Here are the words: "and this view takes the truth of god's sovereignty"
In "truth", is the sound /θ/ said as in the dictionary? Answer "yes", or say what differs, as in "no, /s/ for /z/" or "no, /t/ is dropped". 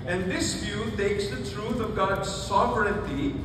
no, /t/ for /θ/